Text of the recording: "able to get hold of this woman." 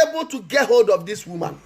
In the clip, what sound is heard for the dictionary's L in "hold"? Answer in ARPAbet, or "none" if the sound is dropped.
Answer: L